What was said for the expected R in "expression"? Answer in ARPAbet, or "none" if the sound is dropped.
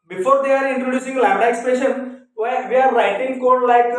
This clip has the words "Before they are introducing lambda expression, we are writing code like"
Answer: none